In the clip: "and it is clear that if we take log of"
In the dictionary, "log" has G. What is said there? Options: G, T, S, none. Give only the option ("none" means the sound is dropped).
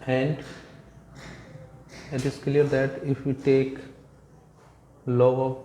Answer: none